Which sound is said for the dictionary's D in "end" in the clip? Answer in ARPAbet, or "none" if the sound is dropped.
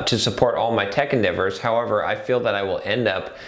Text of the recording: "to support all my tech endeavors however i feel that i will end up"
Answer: D